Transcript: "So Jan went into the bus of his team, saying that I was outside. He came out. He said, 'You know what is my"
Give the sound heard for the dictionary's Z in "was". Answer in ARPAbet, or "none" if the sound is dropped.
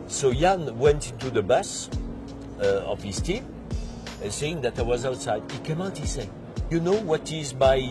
Z